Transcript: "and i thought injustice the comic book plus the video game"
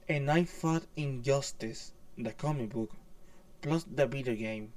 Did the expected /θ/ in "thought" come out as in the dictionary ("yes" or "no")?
no